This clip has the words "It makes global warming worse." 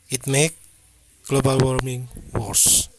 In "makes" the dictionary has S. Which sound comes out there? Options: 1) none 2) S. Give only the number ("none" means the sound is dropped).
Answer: 1